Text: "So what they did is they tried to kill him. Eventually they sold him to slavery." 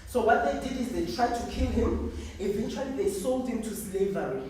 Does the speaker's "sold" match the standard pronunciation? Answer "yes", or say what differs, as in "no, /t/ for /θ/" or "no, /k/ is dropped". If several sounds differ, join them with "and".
yes